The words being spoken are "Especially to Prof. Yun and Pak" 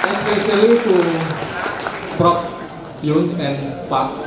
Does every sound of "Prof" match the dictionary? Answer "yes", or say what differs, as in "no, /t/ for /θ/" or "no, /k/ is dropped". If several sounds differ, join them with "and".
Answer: no, /p/ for /f/